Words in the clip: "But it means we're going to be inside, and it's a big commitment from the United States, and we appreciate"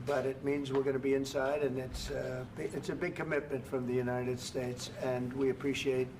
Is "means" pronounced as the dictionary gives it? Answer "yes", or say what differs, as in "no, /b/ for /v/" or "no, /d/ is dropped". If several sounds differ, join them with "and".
yes